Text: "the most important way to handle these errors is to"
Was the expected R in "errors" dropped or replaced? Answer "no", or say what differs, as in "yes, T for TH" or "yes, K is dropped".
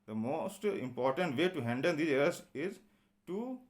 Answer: yes, R is dropped